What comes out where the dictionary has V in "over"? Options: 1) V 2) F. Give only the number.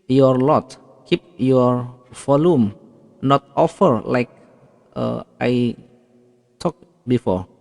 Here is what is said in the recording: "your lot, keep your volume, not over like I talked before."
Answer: 2